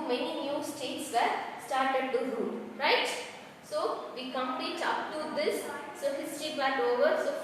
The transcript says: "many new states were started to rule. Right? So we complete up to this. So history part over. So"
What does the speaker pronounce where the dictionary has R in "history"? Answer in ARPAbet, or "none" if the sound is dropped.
none